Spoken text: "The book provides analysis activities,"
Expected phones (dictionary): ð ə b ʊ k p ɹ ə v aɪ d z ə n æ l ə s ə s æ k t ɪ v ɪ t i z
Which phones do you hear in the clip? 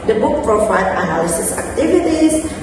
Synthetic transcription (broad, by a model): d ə b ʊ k p ɹ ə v aɪ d ə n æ l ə s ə s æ k t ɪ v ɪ t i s